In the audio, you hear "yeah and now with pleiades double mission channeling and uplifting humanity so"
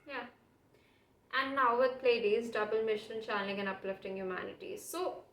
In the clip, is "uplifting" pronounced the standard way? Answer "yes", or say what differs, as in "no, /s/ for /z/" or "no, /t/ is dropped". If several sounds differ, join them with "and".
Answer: yes